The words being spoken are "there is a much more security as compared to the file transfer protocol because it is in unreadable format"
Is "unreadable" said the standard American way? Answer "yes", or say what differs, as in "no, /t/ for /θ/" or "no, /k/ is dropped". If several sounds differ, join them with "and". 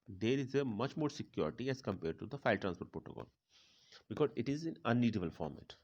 no, /ɹ/ is dropped